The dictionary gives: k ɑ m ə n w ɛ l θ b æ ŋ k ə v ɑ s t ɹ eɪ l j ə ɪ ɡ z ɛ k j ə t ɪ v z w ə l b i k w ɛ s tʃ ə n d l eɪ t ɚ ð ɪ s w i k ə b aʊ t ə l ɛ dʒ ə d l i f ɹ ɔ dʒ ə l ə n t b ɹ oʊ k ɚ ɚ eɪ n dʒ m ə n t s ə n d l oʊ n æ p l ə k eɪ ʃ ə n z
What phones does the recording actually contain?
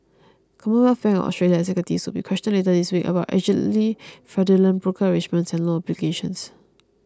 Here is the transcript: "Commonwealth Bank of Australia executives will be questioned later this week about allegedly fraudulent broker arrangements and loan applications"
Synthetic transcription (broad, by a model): k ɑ m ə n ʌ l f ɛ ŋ ə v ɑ s t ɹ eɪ l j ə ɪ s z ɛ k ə t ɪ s w ə l b i k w ɛ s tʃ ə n l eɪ t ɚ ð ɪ s w i k ə b aʊ t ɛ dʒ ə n l i f ɹ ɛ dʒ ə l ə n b ɹ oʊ k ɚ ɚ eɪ dʒ m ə n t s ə n l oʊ ɔ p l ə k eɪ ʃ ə n s